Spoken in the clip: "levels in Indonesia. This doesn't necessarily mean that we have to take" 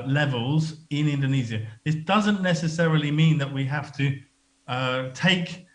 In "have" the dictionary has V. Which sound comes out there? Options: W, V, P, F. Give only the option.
F